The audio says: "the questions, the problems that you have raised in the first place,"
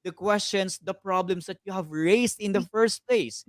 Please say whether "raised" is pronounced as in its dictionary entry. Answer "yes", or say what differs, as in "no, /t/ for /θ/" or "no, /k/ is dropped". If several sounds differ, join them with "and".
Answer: no, /s/ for /z/